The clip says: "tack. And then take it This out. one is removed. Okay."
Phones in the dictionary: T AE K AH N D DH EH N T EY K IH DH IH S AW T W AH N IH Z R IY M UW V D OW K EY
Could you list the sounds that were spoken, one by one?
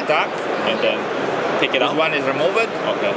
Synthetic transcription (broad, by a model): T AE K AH N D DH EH N T EY K IH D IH UH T W AH N IH Z R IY M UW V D OW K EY